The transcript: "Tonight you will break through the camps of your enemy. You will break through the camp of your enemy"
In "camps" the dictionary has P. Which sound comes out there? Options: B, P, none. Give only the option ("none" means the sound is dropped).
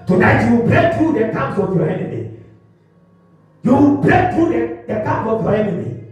none